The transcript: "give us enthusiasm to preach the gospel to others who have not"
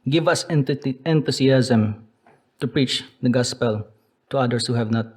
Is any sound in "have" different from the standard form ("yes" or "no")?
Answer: no